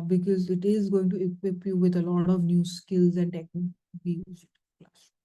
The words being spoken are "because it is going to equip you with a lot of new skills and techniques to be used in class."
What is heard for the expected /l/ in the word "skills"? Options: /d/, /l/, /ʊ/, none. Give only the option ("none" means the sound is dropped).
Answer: /l/